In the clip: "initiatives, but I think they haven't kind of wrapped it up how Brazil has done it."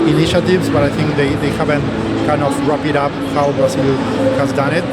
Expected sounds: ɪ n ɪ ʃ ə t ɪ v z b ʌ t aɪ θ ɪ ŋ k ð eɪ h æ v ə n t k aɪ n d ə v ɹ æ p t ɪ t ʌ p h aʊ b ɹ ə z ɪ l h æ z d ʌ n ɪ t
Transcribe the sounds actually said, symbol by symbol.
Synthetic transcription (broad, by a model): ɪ n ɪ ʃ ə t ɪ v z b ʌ t aɪ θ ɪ ŋ k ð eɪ h æ v ə n t k aɪ n d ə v ɹ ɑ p ɪ t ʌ p h aʊ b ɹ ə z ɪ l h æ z d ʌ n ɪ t